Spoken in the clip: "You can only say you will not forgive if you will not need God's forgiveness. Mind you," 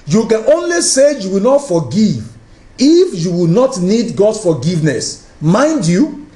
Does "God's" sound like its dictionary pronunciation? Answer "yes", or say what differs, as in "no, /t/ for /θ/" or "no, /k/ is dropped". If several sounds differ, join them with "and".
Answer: no, /s/ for /z/